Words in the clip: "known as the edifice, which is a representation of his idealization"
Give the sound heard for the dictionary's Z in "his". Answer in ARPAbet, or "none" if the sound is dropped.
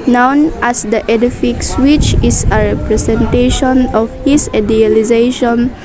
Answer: S